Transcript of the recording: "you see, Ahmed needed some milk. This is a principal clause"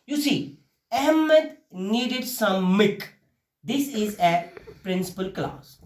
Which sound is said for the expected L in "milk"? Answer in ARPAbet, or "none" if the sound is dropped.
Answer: none